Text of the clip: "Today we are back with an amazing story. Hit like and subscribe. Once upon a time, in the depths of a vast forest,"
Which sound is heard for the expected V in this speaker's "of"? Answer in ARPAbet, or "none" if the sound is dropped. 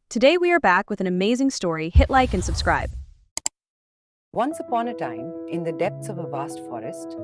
V